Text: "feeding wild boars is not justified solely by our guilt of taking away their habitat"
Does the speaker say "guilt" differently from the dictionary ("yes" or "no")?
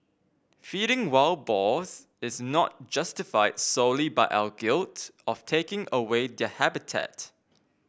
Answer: no